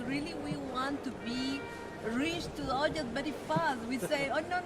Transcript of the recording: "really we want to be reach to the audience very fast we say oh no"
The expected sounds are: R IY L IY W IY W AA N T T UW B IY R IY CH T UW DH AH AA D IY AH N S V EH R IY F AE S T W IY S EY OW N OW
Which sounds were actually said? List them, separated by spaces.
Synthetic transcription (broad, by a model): R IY L IY W IY W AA N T T UW B IY R IY CH T UW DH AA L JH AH S B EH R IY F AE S W IY S EY OW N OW